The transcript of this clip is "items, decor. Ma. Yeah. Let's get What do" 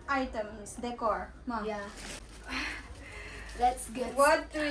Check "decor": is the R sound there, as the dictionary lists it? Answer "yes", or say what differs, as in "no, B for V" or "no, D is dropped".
yes